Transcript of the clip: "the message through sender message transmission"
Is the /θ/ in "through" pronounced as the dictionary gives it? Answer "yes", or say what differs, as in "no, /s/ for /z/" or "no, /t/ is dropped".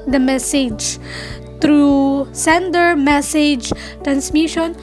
no, /t/ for /θ/